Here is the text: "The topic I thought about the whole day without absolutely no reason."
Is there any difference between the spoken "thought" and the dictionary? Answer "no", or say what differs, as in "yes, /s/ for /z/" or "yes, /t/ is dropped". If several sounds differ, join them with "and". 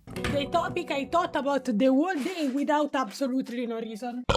yes, /t/ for /θ/